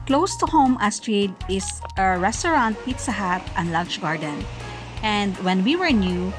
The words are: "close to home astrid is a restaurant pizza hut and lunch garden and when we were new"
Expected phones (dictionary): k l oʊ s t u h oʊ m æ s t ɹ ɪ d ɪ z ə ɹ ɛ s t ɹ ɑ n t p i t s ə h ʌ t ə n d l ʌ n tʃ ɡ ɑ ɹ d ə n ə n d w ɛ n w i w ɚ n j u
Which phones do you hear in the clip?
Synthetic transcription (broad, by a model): k l oʊ s t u h oʊ m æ s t ɹ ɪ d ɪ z ə ɹ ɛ s t ɹ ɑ n t p i t s ə h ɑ t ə n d l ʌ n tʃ ɡ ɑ ɹ d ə n ə n d w ɛ n w i w ɚ n j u